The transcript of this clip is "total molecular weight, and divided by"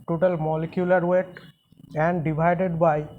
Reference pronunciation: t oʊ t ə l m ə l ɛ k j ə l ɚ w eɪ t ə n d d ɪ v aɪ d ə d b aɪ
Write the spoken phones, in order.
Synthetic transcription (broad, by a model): t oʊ t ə l m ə l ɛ k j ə l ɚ w eɪ t ə n d d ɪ b aɪ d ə d b aɪ